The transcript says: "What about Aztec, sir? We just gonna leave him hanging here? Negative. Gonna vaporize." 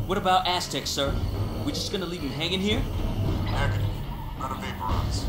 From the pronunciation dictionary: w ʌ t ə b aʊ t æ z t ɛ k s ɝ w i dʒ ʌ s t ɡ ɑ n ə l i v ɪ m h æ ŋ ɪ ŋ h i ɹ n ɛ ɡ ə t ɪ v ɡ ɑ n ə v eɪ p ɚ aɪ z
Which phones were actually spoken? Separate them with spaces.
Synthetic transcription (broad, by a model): w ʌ t ə b aʊ t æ s t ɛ k s ɝ w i dʒ ʌ s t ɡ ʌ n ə l i v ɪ h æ ŋ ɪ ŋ h i ɹ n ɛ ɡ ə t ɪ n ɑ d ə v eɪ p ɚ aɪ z